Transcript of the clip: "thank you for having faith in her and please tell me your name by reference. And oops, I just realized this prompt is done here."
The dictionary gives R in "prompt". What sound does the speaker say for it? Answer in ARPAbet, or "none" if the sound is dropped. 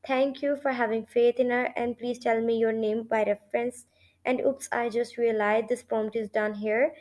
none